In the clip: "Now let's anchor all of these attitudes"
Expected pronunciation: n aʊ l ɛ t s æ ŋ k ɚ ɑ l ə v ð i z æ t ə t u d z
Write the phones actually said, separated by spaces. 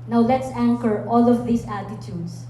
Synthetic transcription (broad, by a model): n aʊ l ɛ t s æ ŋ k ɚ ɑ l ə v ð i s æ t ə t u d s